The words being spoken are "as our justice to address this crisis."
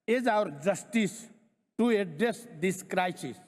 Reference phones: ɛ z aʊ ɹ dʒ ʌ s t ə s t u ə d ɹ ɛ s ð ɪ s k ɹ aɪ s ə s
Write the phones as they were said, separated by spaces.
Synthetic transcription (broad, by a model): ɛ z aʊ ɹ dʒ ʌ s t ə s t u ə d ɛ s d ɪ s k ɹ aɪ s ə s